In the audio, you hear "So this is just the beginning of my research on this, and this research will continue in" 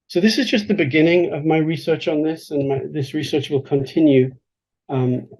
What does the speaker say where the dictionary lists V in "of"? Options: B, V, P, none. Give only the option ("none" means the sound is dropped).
V